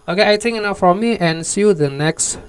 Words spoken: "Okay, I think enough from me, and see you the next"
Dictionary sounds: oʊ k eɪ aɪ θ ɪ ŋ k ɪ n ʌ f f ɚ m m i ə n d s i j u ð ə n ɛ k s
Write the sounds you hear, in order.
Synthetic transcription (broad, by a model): oʊ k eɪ aɪ t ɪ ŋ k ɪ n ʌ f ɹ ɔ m m i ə n s i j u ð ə n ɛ k s